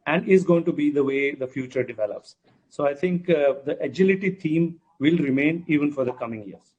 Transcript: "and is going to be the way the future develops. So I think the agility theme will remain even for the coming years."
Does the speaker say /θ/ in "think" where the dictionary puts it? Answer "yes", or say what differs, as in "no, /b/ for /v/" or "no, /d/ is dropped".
no, /t/ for /θ/